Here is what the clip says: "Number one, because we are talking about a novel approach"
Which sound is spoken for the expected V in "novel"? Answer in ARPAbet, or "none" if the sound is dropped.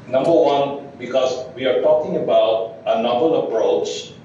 B